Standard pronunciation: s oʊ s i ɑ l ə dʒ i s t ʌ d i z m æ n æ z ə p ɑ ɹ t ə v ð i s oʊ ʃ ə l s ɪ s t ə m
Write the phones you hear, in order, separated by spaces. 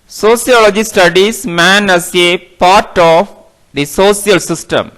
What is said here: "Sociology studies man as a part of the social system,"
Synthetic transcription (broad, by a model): s oʊ s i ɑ l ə dʒ i s t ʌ d i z m æ n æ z ə p ɑ ɹ t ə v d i s oʊ s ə l s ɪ s t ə m